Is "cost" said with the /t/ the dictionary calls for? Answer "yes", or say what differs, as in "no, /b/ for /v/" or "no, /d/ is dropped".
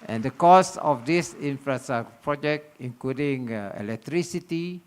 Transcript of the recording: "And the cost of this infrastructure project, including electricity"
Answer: no, /t/ is dropped